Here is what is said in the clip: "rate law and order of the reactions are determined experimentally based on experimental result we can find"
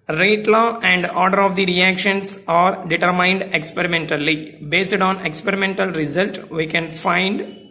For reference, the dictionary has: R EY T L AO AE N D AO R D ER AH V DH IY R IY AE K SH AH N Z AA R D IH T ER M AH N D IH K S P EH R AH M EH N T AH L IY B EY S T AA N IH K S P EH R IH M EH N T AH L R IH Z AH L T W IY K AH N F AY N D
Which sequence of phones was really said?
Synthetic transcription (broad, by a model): R EY T L AO AE N D AO R D ER AH V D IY R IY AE K SH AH N S AA R D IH T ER M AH N D IH K S P EH R AH M EH N T AH L IY B EY S T AA N IH K S P EH R IH M EH N T AH L R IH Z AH L T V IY K AH N F AY N D